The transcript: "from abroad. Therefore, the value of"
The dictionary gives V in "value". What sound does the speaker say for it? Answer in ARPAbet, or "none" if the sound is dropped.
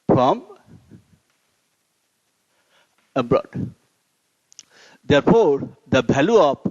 B